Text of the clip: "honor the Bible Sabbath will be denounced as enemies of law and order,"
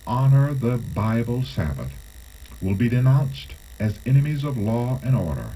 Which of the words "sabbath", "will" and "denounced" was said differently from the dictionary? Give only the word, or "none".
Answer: none